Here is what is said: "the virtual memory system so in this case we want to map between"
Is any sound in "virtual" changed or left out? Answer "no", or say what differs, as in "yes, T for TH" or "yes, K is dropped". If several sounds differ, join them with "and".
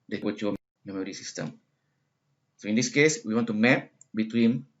yes, W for V